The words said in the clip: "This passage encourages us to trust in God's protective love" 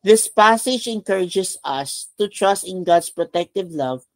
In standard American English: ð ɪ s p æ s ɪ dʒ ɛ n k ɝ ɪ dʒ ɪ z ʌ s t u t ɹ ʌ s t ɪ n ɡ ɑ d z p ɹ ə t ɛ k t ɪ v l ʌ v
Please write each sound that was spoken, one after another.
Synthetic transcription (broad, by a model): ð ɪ s p æ s ɪ dʒ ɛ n k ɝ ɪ dʒ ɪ s ʌ s t u t ɹ ʌ s t ɪ n ɡ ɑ d s p ɹ ə t ɛ k t ɪ v l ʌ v